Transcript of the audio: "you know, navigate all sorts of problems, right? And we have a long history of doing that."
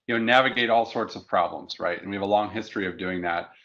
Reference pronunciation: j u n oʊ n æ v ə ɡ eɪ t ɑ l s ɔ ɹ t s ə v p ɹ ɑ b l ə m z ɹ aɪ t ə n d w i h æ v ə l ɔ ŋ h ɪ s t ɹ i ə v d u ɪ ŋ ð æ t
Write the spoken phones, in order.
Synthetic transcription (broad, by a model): j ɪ n oʊ n æ v ə ɡ eɪ t ɑ l s ɔ ɹ t s ə v p ɹ ɑ b l ə m z ɹ aɪ t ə n w i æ v ə l ɔ ŋ h ɪ s t ɹ i ə v d u ɪ ŋ ð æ t